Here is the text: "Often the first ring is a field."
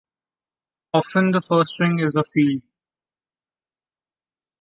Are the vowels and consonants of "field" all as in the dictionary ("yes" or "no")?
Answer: no